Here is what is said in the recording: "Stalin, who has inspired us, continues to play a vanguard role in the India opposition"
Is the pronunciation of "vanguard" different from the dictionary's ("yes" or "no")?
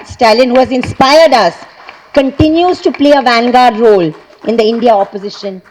no